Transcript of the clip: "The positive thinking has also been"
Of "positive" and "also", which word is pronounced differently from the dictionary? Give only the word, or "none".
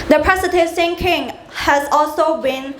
positive